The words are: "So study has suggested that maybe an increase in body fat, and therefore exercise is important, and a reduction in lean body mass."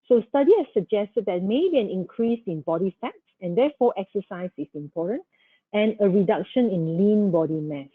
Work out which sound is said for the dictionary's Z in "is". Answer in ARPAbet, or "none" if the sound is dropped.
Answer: S